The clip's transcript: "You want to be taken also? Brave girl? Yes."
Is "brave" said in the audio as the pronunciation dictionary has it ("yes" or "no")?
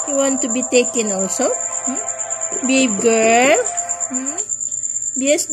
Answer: no